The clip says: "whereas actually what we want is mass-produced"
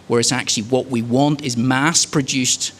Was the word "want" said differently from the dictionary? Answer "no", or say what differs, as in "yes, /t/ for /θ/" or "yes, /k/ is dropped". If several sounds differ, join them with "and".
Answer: no